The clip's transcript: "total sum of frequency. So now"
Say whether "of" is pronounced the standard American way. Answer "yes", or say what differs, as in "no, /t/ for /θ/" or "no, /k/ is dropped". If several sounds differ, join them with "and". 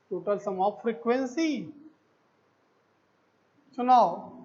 no, /p/ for /v/